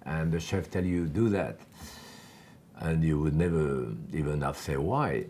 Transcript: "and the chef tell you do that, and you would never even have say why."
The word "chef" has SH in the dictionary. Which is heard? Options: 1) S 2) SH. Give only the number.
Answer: 2